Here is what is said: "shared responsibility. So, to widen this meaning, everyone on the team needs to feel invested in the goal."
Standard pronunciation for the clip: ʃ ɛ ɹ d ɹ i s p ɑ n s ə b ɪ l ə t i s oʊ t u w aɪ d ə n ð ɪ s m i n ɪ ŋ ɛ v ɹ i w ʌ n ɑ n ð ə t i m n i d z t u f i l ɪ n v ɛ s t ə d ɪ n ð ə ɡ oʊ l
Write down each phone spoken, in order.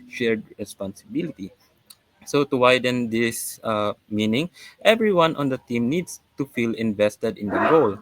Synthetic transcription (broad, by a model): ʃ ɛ ɹ d ɹ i s p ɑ n s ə b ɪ l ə t i s oʊ t u w aɪ d ə n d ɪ s m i n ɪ ŋ ɛ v ɹ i w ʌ n ɑ n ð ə t i m n i d s t u f i l ɪ n v ɛ s t ə d ɪ n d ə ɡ oʊ l